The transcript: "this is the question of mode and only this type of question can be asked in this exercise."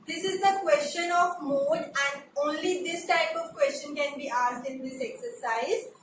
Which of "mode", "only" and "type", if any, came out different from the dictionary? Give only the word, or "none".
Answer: none